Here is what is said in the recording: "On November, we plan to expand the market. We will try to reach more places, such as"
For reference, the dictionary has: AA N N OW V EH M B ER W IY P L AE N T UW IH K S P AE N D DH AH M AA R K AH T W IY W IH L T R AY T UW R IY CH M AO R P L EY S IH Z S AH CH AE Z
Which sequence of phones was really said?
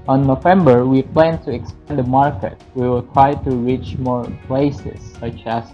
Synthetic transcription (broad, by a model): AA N N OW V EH M B ER W IY P L AE N T UW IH K S P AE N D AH M AA R K AH T W IY W IH L T R AY T UW R IY CH M AO R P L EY S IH S AH CH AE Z